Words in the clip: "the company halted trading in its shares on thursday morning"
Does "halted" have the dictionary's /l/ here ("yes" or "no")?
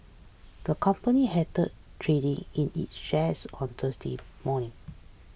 no